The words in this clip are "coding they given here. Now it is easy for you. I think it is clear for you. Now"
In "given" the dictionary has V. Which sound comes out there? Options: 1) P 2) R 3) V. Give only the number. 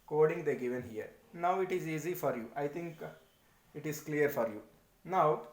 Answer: 3